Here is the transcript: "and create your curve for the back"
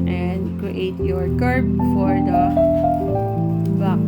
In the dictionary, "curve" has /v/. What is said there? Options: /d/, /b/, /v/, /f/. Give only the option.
/b/